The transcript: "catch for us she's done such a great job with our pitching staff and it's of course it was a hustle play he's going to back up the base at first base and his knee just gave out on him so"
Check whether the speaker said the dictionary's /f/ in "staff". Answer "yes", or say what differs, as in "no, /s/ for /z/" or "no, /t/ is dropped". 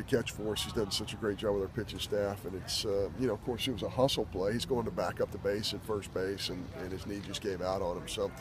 yes